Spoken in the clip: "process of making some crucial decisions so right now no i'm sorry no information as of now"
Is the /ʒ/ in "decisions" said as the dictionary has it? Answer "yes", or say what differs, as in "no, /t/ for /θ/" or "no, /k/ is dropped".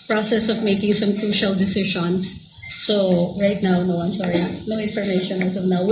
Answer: no, /ʃ/ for /ʒ/